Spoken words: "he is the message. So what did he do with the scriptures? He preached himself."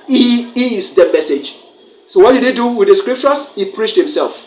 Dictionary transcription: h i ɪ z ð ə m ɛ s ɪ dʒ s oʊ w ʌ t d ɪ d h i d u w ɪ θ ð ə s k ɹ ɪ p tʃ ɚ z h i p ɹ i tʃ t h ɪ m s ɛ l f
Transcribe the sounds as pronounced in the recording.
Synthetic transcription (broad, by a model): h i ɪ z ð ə m ɛ s ɪ dʒ s oʊ w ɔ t d ɪ d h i d u w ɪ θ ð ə s k ɹ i p tʃ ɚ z h i p ɹ i tʃ t h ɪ m s ɛ l f